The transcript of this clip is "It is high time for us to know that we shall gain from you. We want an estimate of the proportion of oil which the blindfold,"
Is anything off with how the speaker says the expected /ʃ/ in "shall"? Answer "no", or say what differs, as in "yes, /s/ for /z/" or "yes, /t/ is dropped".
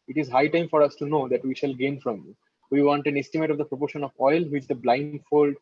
no